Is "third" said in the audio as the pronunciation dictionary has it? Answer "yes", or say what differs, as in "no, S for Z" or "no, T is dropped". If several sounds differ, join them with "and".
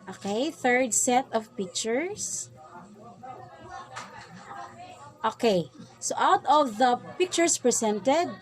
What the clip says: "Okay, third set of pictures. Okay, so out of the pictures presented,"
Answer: yes